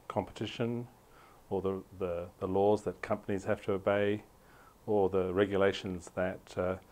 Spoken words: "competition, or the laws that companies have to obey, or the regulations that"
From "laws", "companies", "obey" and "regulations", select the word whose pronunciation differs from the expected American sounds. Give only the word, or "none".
none